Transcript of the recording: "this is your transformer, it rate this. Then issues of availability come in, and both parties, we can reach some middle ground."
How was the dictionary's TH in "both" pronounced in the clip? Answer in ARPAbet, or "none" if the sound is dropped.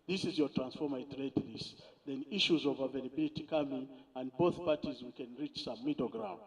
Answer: TH